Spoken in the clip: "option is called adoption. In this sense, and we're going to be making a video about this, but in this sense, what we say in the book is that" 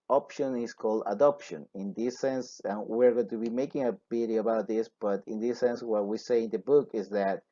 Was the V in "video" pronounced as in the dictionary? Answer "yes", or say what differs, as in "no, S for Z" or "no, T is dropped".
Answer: no, B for V